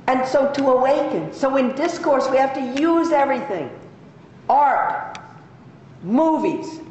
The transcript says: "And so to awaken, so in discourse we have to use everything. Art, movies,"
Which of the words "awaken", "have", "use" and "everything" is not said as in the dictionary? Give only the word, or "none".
have